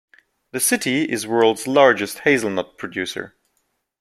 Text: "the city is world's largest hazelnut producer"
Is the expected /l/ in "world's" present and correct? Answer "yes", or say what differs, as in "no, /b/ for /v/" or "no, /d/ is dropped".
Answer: yes